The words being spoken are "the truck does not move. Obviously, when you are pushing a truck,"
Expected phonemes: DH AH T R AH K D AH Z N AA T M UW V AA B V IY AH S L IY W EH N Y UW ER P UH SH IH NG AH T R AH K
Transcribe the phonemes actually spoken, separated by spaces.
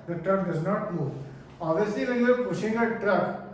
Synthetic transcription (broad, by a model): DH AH T R AH K D AH Z N AA T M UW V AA V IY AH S L IY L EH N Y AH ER P UH SH IH NG AH T R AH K